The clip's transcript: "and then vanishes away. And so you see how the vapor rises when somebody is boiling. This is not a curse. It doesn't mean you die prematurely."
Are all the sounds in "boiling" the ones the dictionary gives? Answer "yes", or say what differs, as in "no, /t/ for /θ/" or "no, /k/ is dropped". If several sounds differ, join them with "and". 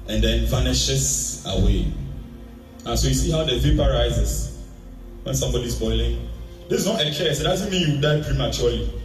yes